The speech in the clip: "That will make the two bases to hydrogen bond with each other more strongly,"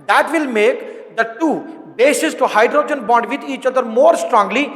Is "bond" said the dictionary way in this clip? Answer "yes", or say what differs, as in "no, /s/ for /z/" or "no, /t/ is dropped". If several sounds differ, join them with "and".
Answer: yes